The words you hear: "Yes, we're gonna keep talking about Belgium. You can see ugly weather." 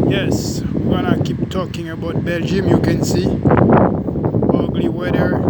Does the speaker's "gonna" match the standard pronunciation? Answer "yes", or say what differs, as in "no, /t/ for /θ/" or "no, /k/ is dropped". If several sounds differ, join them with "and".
no, /n/ is dropped